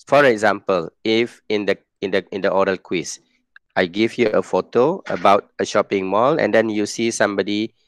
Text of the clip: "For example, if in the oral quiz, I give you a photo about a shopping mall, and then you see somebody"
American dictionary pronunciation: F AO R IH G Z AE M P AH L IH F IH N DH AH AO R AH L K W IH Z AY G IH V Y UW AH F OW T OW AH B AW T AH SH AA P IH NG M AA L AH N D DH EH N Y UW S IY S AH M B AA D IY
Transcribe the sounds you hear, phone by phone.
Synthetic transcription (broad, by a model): F AO R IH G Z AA M P AH L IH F IH N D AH AO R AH L K W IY S AY G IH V Y UW AH F OW T OW AH B AW T AH SH AA P IH NG M AA L AH N D EH N Y UW S IY S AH M B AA D IY